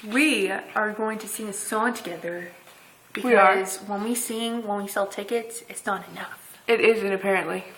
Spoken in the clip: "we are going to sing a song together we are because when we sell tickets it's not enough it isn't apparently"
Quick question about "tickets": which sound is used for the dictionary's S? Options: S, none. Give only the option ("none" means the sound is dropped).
none